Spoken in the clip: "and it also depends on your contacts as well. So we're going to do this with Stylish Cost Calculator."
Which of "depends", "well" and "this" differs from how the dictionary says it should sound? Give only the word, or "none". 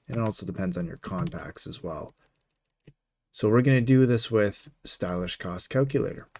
none